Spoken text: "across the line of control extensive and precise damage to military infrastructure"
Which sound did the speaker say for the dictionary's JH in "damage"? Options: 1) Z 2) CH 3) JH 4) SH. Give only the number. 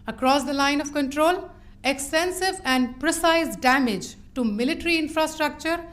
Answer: 3